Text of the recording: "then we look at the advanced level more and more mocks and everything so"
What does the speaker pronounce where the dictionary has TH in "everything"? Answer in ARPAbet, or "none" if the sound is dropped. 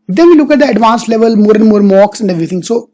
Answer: T